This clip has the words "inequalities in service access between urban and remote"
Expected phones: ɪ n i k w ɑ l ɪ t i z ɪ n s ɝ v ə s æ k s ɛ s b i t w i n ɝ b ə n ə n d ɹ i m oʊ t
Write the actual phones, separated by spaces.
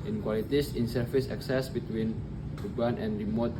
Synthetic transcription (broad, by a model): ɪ n k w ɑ l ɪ t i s ɪ n s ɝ f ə s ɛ k s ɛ s b i t w i n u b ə n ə n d ɹ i m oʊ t